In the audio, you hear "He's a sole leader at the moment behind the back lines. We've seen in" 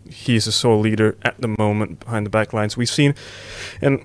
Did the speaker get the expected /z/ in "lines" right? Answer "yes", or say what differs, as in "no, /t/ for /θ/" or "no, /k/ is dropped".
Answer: yes